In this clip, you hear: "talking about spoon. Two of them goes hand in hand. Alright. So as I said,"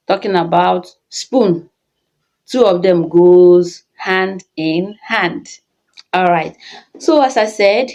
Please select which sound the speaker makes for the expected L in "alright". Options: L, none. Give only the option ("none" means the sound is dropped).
L